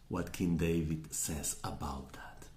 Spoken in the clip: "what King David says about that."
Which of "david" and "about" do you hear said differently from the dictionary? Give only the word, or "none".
none